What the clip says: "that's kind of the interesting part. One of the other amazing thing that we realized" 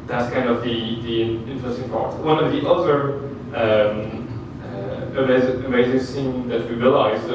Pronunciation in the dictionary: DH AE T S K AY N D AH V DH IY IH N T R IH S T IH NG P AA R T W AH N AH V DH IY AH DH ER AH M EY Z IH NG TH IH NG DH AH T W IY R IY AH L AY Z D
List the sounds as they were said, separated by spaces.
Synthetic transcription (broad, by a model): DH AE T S K AY N D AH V DH IY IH N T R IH S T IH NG P AA R T W AH N AH V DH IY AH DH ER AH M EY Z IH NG S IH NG DH AH T W IY R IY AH L AY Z